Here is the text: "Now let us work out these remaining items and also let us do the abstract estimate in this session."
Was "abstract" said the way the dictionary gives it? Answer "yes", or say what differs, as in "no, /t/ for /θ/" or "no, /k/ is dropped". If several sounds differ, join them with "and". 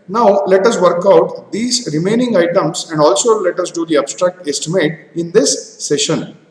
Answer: yes